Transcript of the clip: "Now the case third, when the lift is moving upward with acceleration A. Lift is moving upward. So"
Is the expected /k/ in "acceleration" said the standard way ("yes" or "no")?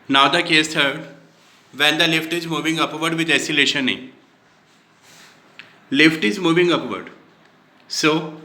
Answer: no